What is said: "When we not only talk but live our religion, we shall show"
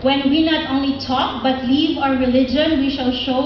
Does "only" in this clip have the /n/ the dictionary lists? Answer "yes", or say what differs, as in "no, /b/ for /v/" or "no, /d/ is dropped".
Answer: yes